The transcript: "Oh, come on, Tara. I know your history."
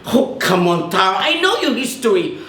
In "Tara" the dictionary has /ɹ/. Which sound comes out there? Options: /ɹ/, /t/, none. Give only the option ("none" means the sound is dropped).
none